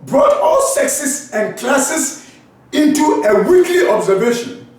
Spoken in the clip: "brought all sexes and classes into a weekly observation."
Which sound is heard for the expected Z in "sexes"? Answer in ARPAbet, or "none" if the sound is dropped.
S